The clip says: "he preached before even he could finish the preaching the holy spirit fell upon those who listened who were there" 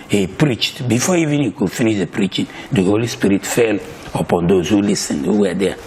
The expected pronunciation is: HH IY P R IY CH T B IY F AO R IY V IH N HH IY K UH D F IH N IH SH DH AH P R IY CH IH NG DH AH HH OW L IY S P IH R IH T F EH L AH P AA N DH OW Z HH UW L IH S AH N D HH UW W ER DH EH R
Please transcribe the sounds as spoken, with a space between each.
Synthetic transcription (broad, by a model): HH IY P R IY CH T B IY F AO IY V IH N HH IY K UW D F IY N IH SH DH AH P R IY CH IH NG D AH HH OW L IY S P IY R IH T F EH L AH P AA N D OW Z HH UW L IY S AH N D HH UW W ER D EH